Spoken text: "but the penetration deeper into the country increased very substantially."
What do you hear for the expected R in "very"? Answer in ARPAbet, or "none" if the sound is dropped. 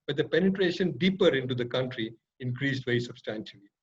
none